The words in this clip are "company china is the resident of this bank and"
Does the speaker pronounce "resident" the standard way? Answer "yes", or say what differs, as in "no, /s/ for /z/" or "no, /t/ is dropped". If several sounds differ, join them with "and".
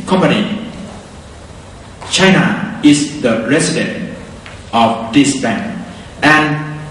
no, /s/ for /z/